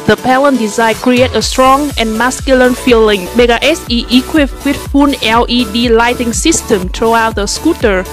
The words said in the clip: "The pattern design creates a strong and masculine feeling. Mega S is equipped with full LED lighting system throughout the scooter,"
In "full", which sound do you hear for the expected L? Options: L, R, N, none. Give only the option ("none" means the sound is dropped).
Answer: N